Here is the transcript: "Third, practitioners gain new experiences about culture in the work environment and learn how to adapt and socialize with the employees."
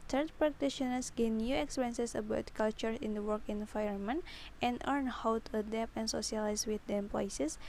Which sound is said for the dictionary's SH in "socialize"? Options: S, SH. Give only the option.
S